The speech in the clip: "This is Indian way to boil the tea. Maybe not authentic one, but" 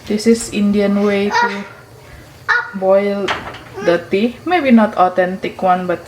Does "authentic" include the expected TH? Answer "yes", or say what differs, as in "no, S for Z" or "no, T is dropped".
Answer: no, T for TH